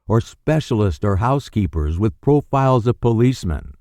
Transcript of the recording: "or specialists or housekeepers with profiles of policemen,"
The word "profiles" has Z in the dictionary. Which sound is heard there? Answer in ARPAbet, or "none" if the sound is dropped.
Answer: Z